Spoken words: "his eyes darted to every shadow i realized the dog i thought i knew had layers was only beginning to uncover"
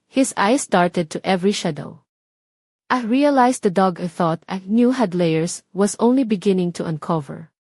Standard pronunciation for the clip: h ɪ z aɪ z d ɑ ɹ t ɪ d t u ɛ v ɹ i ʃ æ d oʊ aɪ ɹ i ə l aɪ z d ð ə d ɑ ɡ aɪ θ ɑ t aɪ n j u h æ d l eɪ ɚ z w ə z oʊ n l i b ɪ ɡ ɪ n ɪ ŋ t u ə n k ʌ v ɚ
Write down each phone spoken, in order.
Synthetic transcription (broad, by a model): h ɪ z aɪ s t ɑ ɹ t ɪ d t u ɛ v ɹ i ʃ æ d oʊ aɪ ɹ i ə l aɪ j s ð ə d ɑ ɡ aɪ θ ɑ t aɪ n j u h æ d l eɪ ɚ s w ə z oʊ n l i b ɪ ɡ ɪ n ɪ ŋ t u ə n k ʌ v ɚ